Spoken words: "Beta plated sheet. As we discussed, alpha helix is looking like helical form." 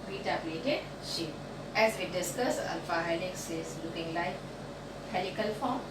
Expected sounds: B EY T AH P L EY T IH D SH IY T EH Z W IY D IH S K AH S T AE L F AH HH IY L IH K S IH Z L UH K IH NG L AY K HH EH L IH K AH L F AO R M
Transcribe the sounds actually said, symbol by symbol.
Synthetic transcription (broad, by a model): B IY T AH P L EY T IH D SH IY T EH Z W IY D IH S K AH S AO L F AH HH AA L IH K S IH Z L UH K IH NG L AY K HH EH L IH K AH L F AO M